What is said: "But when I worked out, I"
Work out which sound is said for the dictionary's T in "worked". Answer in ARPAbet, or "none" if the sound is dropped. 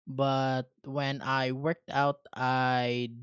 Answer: T